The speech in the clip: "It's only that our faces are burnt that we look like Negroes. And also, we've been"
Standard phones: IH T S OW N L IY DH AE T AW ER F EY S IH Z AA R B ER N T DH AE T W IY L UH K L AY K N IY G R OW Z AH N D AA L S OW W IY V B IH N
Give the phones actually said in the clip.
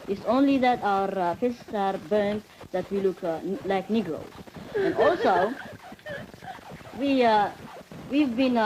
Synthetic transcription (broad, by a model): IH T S OW N L IY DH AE T AW ER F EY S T S AA R B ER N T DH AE T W IY L UH K L AY K N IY G R OW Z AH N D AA L S OW W IY V B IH N